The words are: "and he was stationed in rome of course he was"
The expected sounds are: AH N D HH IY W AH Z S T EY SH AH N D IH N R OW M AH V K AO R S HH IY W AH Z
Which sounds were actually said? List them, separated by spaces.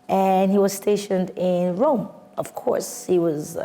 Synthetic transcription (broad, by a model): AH N HH IY W AH Z S T EY SH AH N D IH N R OW M AH V K AO R S HH IY W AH Z